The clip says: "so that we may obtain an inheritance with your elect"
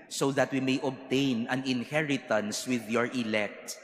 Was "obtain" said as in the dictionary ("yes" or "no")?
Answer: yes